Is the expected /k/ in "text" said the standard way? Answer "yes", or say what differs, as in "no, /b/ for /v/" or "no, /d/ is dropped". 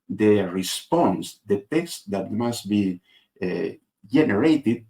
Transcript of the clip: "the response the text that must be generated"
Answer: yes